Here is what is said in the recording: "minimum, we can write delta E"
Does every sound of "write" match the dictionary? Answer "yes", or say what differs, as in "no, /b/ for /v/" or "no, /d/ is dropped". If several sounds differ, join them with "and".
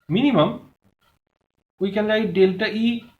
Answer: no, /l/ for /ɹ/